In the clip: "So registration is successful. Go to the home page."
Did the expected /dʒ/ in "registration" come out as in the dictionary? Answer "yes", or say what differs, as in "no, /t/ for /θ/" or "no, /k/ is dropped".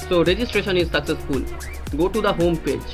yes